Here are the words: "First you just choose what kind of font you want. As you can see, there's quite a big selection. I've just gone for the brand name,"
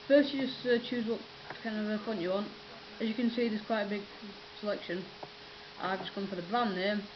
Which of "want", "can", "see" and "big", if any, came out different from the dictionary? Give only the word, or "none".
none